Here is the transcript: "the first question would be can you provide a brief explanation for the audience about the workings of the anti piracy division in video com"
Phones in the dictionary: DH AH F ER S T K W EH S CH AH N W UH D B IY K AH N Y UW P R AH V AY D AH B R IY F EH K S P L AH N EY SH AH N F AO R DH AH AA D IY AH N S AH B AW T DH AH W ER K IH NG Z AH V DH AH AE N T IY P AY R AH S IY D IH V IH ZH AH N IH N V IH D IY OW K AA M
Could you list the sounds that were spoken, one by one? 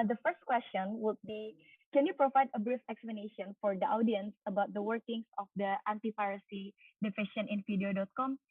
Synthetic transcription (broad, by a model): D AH F ER S T K W EH S CH AH N W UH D B IY K AH N Y UW P R AH V AY D AH B R IY F EH K S P L AH N EY SH AH N F AO R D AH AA D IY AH N S AH B AW T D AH W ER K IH NG S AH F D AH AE N T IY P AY R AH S IY D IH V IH SH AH N IH N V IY D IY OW K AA M